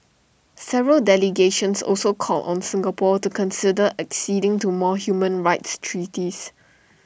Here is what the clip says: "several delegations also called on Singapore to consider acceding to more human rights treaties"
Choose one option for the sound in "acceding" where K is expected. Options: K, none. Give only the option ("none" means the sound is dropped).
K